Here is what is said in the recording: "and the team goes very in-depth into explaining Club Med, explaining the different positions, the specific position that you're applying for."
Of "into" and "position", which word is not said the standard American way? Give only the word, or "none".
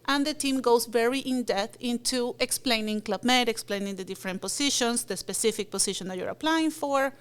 position